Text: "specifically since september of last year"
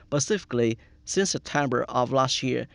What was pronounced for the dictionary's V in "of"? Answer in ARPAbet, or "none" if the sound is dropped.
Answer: V